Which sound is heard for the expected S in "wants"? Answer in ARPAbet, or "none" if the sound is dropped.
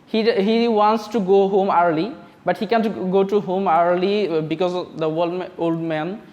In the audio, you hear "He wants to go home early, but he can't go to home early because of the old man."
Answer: S